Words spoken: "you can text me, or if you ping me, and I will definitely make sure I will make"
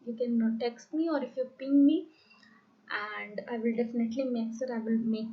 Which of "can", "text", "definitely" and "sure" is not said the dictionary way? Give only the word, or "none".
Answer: sure